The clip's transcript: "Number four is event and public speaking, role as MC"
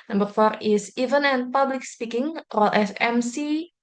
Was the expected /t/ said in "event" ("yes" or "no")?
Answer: no